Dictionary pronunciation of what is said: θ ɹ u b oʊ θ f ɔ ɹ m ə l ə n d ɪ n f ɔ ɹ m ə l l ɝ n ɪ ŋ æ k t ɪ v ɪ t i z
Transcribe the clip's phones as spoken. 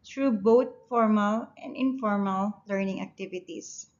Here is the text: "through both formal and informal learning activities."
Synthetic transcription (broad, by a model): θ ɹ u b oʊ t f ɔ ɹ m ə l ə n d ɪ n f ɔ ɹ m ə l l ɝ n ɪ ŋ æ k t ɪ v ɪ t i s